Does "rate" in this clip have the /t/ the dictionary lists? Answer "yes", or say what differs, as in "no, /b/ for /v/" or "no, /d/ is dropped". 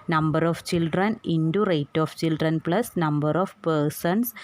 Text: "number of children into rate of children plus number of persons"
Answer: yes